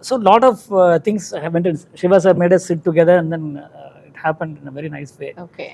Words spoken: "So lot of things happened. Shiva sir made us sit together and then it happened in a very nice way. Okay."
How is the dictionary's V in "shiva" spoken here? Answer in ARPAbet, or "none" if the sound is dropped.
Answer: V